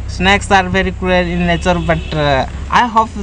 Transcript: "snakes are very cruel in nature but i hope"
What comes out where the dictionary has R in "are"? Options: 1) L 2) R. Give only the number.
2